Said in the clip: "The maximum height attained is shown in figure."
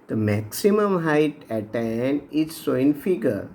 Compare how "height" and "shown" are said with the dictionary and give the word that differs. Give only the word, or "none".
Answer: shown